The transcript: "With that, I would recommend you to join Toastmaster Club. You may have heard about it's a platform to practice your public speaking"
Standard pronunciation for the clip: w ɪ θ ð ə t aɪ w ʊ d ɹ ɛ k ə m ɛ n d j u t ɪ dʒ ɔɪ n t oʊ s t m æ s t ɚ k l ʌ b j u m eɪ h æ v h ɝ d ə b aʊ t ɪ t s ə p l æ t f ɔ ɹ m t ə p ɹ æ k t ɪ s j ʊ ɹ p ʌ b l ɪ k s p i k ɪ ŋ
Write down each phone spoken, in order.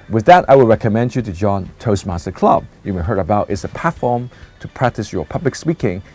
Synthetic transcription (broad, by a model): w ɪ ð ə t aɪ w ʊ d ɹ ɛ k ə m ɛ n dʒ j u t ɪ dʒ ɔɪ n t oʊ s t m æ s t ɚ k l ʌ b j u m eɪ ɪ h ɝ d ə b aʊ t ɪ t s ə p æ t f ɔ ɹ m t ə p ɹ æ k t ɪ s j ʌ ɹ p ʌ b l ɪ k s p i k ɪ ŋ